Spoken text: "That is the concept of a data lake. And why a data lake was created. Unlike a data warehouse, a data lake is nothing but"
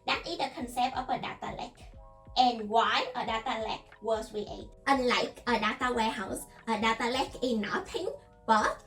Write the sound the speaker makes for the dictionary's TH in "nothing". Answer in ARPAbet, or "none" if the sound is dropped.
T